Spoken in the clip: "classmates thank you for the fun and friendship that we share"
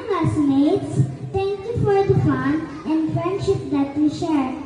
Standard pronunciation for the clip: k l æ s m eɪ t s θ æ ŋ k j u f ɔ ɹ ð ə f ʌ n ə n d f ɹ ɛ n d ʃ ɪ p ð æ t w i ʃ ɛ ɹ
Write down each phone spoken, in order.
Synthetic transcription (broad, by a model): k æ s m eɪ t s t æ ŋ k j u f ɔ ɹ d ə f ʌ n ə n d f ɹ ɛ n d ʃ ɪ p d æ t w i ʃ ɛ ɹ